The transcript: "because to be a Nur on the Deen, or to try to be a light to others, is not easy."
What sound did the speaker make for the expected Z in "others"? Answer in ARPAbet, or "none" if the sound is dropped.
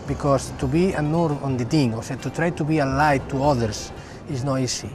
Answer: S